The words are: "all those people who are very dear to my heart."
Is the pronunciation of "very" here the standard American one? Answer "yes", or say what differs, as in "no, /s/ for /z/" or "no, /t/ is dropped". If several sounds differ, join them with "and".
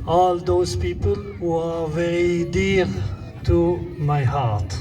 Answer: no, /ɹ/ is dropped